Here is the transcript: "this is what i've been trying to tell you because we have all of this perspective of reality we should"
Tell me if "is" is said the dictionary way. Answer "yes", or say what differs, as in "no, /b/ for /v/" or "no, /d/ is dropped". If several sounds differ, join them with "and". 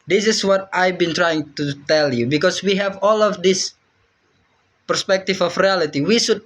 no, /s/ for /z/